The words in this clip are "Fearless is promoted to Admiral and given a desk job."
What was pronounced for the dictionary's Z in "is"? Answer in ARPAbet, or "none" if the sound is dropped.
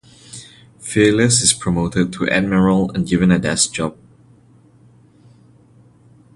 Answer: S